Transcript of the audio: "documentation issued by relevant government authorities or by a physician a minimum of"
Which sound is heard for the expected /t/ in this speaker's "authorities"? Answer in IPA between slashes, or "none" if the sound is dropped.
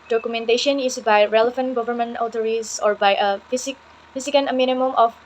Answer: /s/